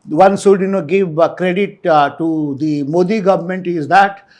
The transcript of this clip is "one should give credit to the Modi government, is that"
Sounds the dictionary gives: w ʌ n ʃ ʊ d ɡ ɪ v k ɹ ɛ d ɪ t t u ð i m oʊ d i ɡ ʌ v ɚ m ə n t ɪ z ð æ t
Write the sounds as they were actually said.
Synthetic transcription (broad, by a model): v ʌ n s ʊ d ɡ ɪ v k ɹ ɛ d ɪ t t u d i m oʊ d i ɡ ʌ v ɚ m ə n t ɪ z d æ t